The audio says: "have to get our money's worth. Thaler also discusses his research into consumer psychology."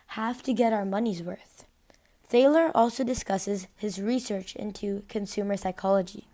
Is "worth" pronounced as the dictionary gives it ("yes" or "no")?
yes